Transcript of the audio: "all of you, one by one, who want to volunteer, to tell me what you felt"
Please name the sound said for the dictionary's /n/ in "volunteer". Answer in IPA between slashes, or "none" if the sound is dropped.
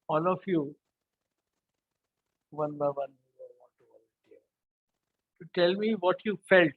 none